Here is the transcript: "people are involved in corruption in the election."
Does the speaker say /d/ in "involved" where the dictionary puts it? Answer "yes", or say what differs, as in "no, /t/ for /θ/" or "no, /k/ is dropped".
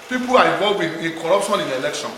no, /d/ is dropped